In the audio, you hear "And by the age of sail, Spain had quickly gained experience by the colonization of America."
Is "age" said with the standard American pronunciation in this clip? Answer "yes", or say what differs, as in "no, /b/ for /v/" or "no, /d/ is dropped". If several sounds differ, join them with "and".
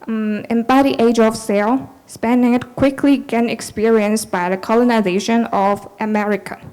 yes